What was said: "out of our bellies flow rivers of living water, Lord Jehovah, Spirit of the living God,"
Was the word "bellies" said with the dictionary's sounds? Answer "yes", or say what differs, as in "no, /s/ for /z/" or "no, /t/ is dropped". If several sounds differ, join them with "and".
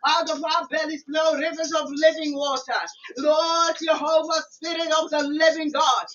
no, /z/ is dropped